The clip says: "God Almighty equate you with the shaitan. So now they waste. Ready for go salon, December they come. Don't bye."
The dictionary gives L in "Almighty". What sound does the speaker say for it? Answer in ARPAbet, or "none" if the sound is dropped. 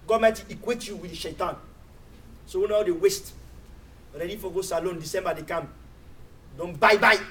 none